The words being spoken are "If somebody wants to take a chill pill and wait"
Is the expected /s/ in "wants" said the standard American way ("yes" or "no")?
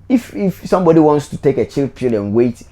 yes